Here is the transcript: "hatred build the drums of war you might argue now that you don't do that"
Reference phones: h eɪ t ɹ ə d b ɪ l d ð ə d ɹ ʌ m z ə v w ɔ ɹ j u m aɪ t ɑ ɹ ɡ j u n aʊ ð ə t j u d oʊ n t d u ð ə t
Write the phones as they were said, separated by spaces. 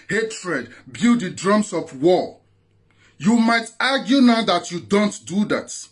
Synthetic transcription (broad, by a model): h eɪ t ɹ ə d b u d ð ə d ɹ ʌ m s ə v w ɔ j u m aɪ t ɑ ɡ j u n aʊ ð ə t j u d oʊ n t d u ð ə t